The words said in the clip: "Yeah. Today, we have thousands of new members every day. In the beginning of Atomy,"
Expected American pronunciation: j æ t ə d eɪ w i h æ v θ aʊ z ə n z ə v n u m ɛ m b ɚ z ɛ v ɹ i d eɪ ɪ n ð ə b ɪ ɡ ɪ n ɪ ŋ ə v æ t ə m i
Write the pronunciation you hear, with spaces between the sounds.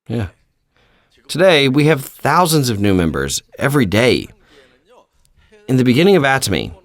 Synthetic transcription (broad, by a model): j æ t ə d eɪ w i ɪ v θ aʊ z ə n z ə v n u m ɛ m b ɚ z ɛ v ɹ i d eɪ ɪ n ð ə b ɪ ɡ ɪ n ɪ ŋ ə v æ t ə m i